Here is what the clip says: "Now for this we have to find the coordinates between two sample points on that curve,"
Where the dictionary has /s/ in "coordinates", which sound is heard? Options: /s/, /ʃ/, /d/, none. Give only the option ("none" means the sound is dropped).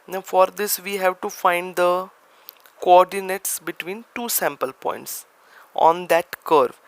/s/